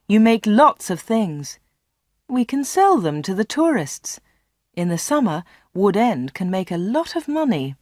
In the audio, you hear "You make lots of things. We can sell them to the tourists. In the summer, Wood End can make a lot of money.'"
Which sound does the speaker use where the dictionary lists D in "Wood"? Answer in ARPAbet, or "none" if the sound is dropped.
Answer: D